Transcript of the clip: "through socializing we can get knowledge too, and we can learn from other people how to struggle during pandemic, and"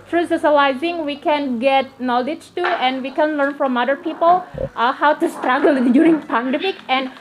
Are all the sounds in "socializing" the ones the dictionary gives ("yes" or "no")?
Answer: no